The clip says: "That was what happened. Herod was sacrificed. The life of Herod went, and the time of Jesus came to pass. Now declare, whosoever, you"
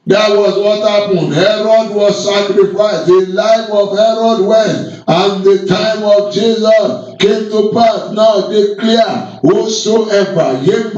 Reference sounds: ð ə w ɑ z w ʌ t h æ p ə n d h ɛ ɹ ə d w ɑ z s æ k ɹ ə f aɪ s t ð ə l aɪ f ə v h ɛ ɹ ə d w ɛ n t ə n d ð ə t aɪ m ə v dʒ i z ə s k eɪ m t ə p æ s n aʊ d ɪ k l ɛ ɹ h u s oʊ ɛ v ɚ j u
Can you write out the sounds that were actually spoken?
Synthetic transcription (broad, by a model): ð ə w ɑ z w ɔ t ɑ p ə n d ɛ ɹ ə d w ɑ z s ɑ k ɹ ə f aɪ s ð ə l aɪ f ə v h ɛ ɹ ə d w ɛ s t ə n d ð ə t aɪ m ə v dʒ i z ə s k eɪ m t ə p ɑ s n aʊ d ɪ k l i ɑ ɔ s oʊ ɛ b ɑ j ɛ